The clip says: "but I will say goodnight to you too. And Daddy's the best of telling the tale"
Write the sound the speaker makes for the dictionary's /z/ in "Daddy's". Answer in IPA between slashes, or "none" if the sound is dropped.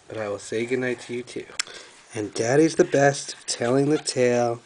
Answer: /z/